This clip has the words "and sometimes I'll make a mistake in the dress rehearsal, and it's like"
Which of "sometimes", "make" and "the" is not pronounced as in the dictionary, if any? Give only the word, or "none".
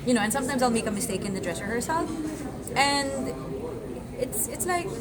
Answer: none